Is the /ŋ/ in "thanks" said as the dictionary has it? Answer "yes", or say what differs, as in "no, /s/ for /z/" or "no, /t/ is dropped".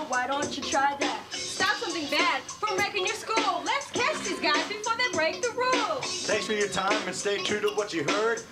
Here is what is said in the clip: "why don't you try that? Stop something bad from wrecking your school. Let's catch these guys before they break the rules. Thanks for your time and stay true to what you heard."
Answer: no, /ŋ/ is dropped